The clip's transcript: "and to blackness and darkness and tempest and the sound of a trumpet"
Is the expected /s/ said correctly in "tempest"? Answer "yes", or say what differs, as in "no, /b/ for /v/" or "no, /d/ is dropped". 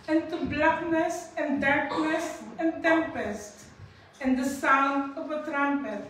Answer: yes